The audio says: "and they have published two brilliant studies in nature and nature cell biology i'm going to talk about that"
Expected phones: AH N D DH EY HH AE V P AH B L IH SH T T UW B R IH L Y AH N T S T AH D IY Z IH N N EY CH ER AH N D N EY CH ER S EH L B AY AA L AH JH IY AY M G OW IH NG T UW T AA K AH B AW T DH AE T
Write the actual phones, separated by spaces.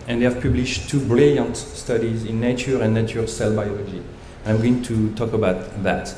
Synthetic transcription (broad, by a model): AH N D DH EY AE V P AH B L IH SH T T UW B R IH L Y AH N T S T AH D IY Z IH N N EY CH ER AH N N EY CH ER S EH L B AY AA L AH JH IY AY M G OW IH NG T UW T AA K AH B AW T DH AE T